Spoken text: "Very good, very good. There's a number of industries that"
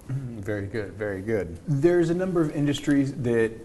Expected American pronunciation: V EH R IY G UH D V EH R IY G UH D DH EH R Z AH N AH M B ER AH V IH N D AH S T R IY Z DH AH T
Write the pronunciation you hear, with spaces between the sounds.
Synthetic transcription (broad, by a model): V EH R IY G UH D V EH R IY G UH D DH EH R Z AH N AH M B ER AH V IH N D AH S T R IY Z DH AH T